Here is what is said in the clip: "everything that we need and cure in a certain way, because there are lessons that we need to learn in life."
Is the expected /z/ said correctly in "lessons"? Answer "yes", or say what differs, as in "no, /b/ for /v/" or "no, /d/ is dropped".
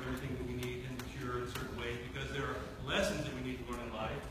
yes